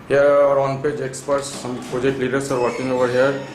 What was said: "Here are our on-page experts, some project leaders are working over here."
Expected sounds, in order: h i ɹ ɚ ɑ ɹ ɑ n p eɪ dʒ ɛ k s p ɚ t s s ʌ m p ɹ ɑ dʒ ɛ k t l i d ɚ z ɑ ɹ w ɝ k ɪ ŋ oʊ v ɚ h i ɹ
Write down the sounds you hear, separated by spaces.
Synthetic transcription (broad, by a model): h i ɚ ɑ ɹ ɑ n p eɪ dʒ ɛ k s p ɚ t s s ʌ m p ɑ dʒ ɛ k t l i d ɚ s ɑ ɹ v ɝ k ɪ ŋ oʊ v ɚ h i ɹ